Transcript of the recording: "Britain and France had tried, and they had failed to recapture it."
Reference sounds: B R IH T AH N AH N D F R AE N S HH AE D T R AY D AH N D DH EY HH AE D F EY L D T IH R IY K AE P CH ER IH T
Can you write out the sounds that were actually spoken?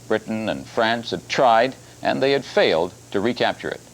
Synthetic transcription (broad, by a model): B R IH T N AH N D F R AE N S HH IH D T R AY D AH N DH EY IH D F EY L D T IH R IY K AE P CH ER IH T